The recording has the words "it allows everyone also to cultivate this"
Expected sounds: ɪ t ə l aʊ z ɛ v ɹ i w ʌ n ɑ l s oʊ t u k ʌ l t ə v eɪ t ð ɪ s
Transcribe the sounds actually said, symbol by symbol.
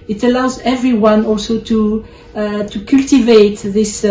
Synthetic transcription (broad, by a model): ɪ t ə l aʊ z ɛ v ɹ i w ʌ n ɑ l s oʊ t u k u l t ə v eɪ t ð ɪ s